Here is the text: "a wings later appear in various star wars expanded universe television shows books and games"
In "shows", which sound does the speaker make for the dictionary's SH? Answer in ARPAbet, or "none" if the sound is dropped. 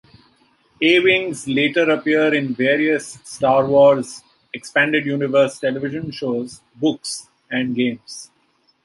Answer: SH